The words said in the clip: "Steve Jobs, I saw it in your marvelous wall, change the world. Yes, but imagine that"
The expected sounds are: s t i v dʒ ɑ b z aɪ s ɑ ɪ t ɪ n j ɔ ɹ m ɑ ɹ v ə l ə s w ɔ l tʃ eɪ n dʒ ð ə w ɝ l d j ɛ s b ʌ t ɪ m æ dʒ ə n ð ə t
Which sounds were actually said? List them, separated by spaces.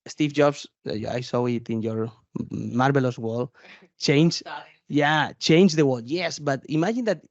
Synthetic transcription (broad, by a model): s t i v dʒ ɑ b s aɪ s ɑ ɪ t ɪ n j ɔ ɹ m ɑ ɹ b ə l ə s w ɔ l tʃ eɪ n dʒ ð ə w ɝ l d j ɛ s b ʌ t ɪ m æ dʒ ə n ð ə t